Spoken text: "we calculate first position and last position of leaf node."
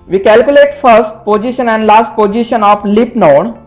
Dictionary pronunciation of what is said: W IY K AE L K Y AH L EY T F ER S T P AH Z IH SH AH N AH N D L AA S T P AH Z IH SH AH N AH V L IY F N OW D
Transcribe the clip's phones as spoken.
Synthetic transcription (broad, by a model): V IY K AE L K Y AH L EY T F ER S T P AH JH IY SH AH N AH N D L AA S T P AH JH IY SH AH N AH F L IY P N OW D